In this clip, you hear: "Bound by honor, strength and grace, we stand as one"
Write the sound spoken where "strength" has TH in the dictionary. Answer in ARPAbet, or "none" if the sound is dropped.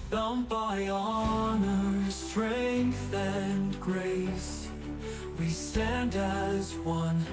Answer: TH